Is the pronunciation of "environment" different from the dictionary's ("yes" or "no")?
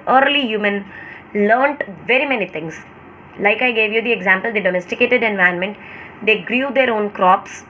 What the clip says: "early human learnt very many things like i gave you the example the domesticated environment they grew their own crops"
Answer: yes